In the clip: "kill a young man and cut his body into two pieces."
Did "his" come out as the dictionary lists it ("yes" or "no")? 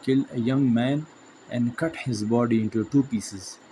yes